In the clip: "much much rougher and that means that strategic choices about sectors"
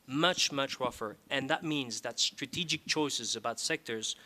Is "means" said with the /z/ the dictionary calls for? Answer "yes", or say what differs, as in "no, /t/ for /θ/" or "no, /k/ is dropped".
yes